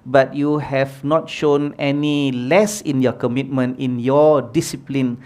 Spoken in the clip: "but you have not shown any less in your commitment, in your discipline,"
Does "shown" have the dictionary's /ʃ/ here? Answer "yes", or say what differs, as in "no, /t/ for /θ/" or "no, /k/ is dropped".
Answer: yes